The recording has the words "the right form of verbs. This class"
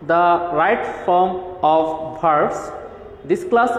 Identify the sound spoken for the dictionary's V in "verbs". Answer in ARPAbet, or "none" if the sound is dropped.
B